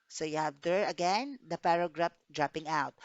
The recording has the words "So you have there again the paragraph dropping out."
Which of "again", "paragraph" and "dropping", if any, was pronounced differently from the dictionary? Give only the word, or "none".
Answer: paragraph